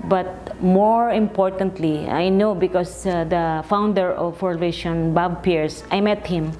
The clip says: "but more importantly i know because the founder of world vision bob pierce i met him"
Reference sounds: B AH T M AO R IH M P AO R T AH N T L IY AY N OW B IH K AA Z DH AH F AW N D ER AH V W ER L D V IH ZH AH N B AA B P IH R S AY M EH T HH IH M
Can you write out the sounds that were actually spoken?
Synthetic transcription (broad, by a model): B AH T M AO R IH M P AO R T AH N T L IY AY N OW B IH K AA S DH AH F AW N D ER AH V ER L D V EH SH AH N B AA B P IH R S AY M EH T HH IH M